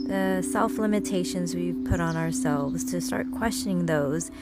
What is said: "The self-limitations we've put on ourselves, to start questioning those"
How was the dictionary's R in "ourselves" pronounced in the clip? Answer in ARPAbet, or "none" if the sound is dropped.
R